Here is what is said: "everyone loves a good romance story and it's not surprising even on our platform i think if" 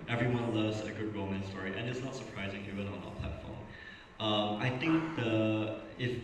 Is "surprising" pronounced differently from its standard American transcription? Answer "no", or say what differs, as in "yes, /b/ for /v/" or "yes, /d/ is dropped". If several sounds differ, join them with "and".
no